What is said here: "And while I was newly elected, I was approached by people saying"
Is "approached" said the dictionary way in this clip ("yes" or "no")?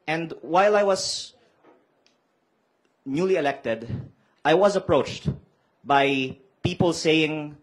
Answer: yes